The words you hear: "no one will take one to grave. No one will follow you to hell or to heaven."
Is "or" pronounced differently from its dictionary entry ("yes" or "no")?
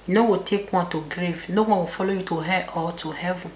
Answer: yes